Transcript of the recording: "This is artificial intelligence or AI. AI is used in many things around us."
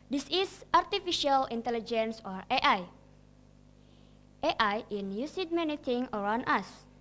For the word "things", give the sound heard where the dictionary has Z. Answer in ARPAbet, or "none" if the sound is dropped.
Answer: none